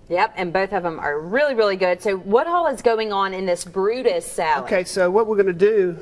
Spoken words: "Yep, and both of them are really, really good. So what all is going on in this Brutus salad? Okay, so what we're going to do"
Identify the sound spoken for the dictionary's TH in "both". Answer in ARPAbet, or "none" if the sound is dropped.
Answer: TH